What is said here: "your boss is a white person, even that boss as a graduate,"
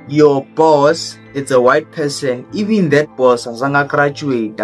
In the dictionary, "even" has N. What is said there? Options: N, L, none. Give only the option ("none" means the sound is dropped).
N